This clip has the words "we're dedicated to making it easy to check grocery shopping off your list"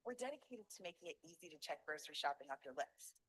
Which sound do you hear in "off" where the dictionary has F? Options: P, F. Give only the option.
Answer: P